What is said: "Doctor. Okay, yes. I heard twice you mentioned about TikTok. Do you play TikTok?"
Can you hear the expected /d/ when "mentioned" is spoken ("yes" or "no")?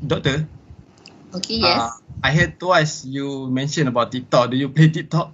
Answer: no